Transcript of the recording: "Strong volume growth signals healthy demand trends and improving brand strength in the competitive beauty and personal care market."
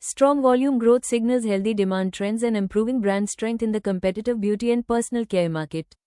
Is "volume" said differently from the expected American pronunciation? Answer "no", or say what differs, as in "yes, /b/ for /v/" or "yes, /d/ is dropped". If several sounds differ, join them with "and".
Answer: no